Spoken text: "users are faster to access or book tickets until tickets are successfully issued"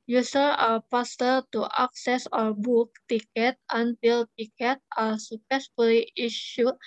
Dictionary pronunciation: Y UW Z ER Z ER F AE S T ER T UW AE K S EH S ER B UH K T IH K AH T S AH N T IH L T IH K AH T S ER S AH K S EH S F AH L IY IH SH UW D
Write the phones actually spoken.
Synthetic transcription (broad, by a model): Y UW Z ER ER P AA S T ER T UW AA K S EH S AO B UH K T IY K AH T AH N T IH L T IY K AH T AA S AH K S EH S F AH L IY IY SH UW